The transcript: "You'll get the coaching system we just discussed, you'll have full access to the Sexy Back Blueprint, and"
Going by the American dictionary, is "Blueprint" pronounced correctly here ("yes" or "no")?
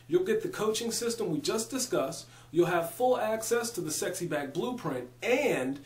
yes